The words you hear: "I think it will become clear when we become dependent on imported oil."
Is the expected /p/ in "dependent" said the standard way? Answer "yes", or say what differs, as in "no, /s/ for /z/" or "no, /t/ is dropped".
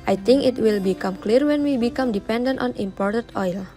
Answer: yes